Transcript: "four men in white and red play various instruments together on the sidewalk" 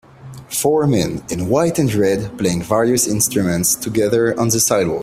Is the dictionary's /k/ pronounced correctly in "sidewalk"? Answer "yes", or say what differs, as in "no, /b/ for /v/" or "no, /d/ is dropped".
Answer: no, /k/ is dropped